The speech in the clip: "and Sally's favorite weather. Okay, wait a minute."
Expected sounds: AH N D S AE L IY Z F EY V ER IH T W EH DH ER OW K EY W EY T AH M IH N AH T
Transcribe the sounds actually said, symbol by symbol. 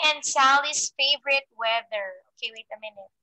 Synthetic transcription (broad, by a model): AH N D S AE L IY S F EY V ER IH T W EH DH ER OW K EY W EY T AH M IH N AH T